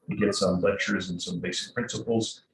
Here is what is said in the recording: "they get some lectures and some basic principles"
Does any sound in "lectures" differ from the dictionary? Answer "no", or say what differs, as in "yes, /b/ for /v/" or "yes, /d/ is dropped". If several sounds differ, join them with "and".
no